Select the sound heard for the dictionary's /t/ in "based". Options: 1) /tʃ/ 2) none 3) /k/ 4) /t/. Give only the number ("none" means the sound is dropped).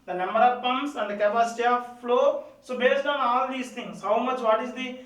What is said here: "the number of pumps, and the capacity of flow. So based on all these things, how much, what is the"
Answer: 4